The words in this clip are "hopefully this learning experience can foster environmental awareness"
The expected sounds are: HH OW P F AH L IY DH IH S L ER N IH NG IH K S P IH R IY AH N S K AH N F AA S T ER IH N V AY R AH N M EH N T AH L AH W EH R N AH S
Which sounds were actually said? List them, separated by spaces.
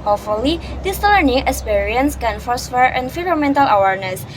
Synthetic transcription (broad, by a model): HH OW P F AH L IY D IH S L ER N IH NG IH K S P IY R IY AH N S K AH N F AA S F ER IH N F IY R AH M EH N T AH L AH W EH R N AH S